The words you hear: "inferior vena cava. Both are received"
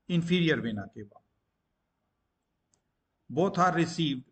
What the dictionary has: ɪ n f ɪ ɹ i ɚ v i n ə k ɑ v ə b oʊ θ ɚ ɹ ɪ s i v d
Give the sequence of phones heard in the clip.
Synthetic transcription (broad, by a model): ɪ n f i ɹ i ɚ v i n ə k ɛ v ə b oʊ t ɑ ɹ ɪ s i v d